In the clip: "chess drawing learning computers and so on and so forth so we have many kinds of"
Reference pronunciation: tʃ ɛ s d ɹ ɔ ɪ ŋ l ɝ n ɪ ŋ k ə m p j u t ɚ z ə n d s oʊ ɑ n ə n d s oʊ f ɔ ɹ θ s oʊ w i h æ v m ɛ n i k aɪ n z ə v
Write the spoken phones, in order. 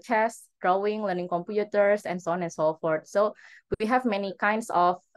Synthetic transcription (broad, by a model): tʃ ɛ s d ɹ ɔ ɪ ŋ l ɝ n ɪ ŋ k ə m p j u t ɚ s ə n s oʊ ɑ n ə n s oʊ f ɔ ɹ t s oʊ w i h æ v m ɛ n i k aɪ n s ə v